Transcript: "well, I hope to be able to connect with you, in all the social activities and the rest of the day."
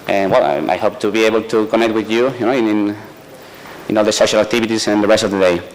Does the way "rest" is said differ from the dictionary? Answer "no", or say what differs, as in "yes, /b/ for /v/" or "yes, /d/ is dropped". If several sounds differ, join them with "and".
no